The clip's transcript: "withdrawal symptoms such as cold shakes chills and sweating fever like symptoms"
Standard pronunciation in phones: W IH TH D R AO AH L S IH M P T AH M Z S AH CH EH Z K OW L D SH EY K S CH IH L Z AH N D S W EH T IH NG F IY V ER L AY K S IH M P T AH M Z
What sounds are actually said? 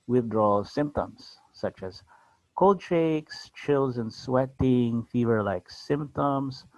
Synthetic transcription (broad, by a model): W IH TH D R AO L S IH M P T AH M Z S AH CH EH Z K OW L D SH EY K S CH IH L Z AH N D S W EH T IH NG F IY V ER L AY K S IH M P T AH M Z